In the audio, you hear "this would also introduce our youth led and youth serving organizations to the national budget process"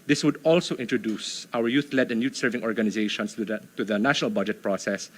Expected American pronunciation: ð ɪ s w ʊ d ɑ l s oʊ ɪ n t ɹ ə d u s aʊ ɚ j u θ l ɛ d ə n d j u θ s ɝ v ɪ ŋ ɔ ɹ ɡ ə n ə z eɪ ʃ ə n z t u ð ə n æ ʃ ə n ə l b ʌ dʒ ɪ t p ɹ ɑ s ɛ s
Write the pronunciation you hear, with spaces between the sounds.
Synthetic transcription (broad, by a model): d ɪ s w ʊ d ɑ l s oʊ ɪ n t ɹ ə d u s aʊ ɚ j u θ l ɛ d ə n j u t s ɝ v ɪ ŋ ɔ ɹ ɡ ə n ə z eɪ ʃ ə n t t u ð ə n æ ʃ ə n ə l b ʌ dʒ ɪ t p ɹ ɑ s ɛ s